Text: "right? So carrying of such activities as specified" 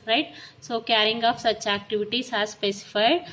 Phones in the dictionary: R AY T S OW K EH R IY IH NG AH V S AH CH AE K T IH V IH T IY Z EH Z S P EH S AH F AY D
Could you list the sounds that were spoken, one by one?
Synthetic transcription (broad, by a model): R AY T S OW K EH R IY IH NG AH P S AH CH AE K T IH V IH T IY S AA S P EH S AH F AY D